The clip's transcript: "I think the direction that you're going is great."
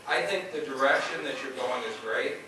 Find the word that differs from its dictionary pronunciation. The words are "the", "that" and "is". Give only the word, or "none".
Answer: none